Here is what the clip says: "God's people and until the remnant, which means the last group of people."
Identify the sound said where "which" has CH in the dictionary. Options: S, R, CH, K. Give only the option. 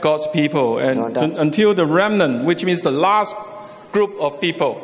CH